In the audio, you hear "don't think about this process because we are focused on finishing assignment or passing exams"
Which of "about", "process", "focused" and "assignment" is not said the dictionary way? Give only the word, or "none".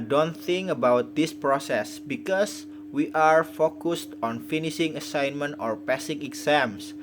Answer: none